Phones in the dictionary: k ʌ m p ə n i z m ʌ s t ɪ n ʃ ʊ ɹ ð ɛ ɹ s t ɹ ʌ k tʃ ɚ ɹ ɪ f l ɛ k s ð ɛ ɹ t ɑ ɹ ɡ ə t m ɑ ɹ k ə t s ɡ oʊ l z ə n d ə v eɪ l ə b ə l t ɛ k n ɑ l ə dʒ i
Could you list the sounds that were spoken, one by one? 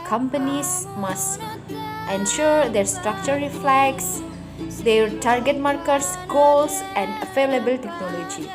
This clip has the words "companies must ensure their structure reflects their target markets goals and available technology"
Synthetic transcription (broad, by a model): k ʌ m p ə n i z m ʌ s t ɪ n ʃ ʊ ɹ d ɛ ɹ s t ɹ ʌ k tʃ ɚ ɹ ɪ f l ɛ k s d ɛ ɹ t ɑ ɹ ɡ ə t m ɑ ɹ k ə t s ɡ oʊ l s ə n d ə f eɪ l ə b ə l t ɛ k n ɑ l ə dʒ i